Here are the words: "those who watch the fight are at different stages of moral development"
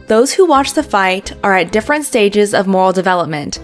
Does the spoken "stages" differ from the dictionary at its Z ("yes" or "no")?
no